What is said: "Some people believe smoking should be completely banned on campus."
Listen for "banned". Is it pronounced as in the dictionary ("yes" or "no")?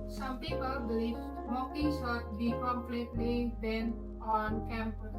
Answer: no